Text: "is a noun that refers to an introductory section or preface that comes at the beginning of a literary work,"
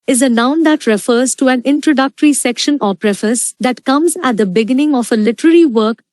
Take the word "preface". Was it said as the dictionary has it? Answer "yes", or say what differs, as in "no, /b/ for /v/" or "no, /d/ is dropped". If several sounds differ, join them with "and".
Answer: yes